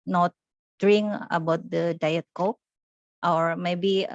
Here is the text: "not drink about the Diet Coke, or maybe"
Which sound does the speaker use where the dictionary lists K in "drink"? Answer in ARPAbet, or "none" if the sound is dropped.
none